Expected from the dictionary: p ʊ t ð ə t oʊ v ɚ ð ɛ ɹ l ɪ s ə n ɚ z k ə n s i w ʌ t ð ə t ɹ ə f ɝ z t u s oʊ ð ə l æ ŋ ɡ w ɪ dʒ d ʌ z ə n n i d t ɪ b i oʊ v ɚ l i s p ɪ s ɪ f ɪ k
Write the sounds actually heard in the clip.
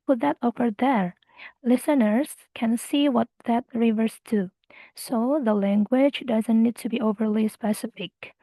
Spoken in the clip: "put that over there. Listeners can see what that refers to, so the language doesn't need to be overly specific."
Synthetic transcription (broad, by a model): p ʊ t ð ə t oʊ f ɚ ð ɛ ɹ l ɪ s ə n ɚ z k ə n s i w ʌ t ð ə t ɹ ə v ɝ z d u s oʊ ð ə l æ ŋ ɡ w ɪ dʒ d ʌ z ə n n i d t ɪ b i oʊ v ɚ l i s p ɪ s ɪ f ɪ k